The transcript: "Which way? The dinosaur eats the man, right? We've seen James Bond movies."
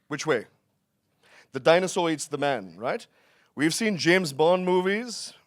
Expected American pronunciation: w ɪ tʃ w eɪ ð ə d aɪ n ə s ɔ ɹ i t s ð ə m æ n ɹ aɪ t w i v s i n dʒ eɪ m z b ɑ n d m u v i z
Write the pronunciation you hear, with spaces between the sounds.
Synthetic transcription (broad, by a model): w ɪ tʃ w eɪ ð ə d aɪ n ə s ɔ i t s ð ə m æ n ɹ aɪ t w i v s i n dʒ eɪ m z b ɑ n m u v i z